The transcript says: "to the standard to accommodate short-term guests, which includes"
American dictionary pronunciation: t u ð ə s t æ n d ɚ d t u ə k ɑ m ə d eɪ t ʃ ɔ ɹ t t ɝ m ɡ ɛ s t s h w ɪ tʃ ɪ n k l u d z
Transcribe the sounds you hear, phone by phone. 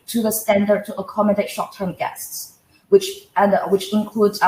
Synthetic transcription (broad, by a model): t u ð ə s t æ n d ɚ d t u ə k ɑ m ə d eɪ t ʃ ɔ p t t ɝ m ɡ ɛ s t s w w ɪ tʃ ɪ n k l u d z